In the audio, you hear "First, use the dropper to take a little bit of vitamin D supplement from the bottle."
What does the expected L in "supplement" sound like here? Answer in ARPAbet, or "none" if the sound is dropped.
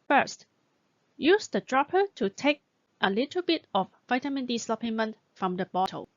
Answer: none